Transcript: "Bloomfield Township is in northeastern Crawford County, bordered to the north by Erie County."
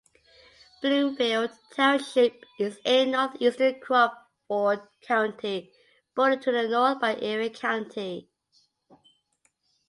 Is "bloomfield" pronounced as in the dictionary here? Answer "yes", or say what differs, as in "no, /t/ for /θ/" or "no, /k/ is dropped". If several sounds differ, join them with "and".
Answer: no, /m/ is dropped